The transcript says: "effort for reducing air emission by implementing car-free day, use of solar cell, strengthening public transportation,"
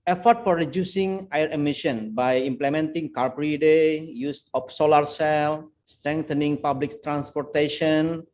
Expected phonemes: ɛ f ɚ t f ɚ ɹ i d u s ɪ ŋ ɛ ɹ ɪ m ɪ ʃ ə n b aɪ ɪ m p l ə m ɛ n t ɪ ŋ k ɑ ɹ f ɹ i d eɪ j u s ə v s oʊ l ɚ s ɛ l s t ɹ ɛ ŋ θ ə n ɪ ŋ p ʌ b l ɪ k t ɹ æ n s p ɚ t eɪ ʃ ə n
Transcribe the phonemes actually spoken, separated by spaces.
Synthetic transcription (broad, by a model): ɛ f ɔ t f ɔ ɹ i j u s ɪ ŋ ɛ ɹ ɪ m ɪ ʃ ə n b aɪ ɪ m p l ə m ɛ n t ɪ ŋ k ɑ ɹ p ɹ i d eɪ j u s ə f s oʊ l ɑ s ɛ l s t ɹ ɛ ŋ t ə n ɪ ŋ p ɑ b l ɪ k t ɹ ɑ n s p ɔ t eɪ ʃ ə n